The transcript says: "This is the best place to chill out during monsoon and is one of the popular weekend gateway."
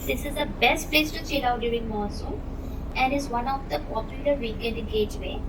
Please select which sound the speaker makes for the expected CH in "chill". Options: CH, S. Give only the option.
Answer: S